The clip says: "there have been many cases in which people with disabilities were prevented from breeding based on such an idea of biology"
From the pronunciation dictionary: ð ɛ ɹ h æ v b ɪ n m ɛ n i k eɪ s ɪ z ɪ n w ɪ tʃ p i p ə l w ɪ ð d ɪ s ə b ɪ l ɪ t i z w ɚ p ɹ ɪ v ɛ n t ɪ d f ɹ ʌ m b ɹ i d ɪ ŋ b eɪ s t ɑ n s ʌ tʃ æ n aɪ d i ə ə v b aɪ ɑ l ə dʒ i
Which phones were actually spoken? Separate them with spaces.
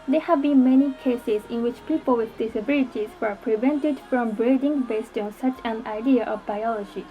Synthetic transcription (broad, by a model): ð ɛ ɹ h æ v b ɪ n m ɛ n i k eɪ s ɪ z ɪ n w ɪ tʃ p i p ə l w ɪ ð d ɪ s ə b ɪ l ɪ t i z w ɚ p ɹ ɪ v ɛ n t ɪ d f ɹ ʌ m b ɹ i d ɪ ŋ b eɪ s t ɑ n s ʌ tʃ æ n aɪ d i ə ə v b aɪ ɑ l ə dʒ i